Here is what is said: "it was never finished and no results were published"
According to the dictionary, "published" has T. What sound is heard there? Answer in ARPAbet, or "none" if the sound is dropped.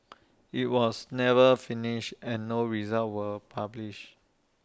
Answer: none